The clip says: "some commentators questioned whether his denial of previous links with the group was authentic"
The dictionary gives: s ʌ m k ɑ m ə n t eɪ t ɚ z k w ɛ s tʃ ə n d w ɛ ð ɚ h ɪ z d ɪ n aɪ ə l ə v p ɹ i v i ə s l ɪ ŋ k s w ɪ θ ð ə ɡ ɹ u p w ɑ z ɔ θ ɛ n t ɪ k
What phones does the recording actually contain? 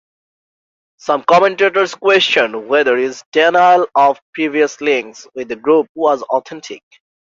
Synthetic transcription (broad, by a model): s ʌ m k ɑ m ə n t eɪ t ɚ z k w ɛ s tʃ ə n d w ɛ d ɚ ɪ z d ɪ n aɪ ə l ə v p ɹ i v i ə s l ɪ ŋ k s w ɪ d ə ɡ ɹ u p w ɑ z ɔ t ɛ n t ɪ k